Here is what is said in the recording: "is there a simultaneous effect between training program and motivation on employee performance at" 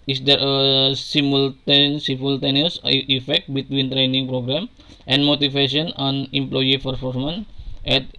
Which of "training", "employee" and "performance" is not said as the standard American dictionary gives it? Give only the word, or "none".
performance